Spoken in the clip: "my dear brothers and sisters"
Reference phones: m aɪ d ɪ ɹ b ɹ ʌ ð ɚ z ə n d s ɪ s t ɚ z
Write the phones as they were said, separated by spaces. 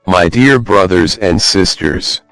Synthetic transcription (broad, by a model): m aɪ d ɪ ɹ b ɹ ʌ ð ɚ z ə n d s ɪ s t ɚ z